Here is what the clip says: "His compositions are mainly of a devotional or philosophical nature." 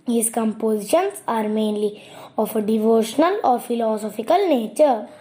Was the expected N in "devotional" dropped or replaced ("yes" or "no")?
no